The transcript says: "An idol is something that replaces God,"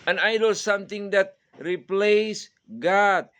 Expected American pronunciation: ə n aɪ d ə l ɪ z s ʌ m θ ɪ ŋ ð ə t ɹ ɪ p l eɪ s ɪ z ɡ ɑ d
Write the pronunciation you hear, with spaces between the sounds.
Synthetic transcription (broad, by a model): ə n aɪ d ə l s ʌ m t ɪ ŋ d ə t ɹ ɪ p l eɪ s ɡ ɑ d